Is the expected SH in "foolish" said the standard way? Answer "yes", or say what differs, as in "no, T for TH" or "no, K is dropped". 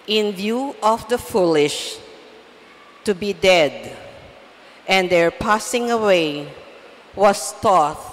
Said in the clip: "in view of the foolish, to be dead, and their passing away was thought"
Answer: yes